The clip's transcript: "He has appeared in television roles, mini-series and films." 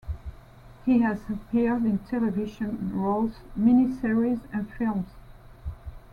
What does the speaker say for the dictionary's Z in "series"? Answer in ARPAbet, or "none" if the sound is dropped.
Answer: Z